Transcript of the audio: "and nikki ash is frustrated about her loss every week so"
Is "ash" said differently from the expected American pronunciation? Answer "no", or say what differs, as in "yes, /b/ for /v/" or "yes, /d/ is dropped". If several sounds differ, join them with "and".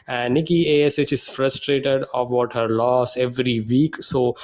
yes, /s/ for /ʃ/